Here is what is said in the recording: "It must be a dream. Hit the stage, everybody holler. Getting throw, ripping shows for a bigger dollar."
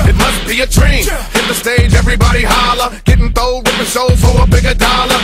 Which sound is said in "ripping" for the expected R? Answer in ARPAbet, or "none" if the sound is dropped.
W